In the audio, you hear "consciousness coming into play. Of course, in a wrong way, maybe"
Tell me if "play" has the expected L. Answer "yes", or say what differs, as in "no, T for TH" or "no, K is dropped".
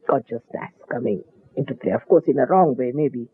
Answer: yes